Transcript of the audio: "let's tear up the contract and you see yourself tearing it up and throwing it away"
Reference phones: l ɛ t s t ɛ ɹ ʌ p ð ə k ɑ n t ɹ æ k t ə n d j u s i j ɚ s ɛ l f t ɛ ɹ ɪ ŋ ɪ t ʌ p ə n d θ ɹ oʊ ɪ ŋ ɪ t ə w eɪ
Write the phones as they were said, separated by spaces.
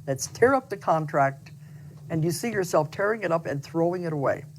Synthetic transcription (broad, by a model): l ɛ t s t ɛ ɹ ʌ p ð ə k ɑ n t ɹ æ k t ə n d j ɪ s i j ɚ s ɛ l f t ɛ ɹ ɪ ŋ ɪ t ʌ p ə n θ ɹ oʊ ɪ ŋ ɪ t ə w eɪ